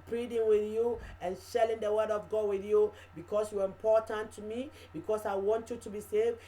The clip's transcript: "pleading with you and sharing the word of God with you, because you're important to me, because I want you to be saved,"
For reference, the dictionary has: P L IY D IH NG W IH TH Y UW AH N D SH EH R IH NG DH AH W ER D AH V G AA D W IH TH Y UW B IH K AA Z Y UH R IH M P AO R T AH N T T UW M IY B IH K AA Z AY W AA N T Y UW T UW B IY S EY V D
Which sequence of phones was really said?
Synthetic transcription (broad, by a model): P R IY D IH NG W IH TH Y UW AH N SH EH L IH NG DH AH W ER D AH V G AA D W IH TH Y UW B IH K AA S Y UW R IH M P AO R T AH N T T UW M IY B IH K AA S AY W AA N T Y UW T UW B IY S EY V